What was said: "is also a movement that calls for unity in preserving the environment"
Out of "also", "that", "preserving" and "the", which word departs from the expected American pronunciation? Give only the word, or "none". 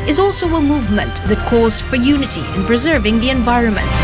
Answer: none